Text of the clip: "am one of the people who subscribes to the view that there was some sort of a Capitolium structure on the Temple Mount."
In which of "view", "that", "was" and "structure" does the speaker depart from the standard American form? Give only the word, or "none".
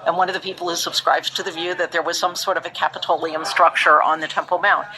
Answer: none